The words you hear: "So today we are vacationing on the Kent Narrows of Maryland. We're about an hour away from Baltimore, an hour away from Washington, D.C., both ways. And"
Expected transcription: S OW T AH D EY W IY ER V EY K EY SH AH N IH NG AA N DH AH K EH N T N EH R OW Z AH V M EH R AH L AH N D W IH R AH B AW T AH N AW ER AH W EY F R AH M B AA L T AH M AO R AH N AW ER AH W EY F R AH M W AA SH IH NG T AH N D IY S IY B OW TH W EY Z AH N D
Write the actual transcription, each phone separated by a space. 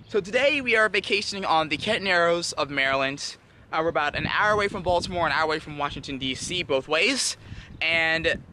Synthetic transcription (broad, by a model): S OW T AH D EY W IY ER V EY K EY SH AH N IH NG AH N DH AH K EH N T N EH R OW Z AH V M EH R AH L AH N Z W IH R AH B AW T AH N AW ER AH W EY F R AH M B AA L T AH M AO R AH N AW ER AH W EY F R AH M W AA SH IH NG T AH N D IY S IY B OW TH W EY Z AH N